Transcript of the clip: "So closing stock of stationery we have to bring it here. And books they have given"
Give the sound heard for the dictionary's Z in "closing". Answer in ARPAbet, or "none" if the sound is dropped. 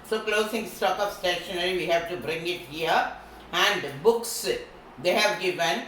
S